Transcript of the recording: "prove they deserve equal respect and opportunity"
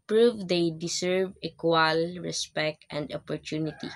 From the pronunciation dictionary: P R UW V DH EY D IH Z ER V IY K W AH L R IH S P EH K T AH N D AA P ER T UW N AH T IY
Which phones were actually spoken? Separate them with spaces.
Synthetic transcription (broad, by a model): P R UW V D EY D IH S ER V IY K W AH L R IH S P EH K T AH N D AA P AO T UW N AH T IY